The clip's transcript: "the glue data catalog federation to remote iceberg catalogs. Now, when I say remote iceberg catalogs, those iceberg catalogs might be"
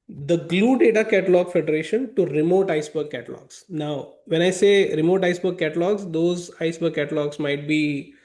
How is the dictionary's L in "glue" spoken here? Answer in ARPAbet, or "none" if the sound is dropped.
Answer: L